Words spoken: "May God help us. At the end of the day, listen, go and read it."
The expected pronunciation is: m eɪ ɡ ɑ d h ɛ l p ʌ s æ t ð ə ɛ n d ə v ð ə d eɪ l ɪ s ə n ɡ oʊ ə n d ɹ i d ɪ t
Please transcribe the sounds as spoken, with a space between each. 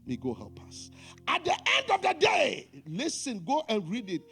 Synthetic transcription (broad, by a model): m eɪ ɡ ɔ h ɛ p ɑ s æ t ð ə ɛ n d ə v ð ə d eɪ l ɪ s ə n ɡ oʊ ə n ɹ i d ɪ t